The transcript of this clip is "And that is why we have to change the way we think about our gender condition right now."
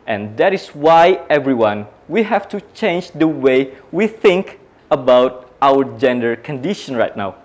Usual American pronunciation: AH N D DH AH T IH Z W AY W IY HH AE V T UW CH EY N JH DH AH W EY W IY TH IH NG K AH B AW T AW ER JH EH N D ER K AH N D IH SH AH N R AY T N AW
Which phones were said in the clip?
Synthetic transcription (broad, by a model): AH N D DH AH T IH S W AY W IY HH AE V T UW CH EY N JH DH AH W EY W IY TH IH NG K AH B AW T AW ER JH EH N D ER K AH N D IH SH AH N R AY T N AW